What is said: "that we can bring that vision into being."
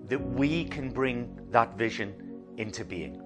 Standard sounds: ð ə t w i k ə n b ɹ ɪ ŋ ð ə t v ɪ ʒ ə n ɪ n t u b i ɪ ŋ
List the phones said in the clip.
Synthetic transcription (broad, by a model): ð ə t w i k ə n b ɹ ɪ ŋ ð ə t v ɪ ʒ ə n ɪ n t u b i ɪ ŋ